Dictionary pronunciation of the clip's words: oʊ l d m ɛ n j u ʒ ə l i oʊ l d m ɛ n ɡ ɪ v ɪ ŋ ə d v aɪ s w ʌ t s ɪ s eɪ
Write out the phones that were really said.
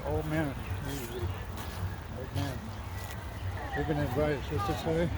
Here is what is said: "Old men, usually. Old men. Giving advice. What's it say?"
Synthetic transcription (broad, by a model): oʊ l d m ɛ n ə i oʊ l d m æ n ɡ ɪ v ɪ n ə d v aɪ s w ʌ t ɪ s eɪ